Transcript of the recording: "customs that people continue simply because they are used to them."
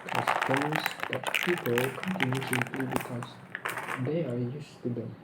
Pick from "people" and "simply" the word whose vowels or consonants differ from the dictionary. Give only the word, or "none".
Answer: none